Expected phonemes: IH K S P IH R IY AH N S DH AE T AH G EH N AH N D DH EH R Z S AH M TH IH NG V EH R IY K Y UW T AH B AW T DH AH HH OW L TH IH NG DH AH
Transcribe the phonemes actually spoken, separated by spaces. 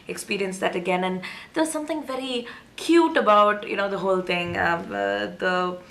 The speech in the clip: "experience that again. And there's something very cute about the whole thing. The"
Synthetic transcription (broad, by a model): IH K S P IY R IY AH N S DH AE T AH G EH N AH N D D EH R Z S AH M T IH NG V EH R IY K Y UW T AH B AW T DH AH HH OW L T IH NG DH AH